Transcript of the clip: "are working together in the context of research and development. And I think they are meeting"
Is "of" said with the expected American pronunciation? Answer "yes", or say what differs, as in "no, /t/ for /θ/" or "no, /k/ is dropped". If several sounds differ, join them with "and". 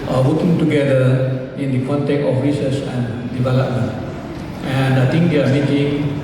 no, /f/ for /v/